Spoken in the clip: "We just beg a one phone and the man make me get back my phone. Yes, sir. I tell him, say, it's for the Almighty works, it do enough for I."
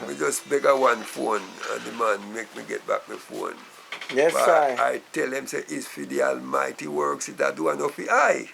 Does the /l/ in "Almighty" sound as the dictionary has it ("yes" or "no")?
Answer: yes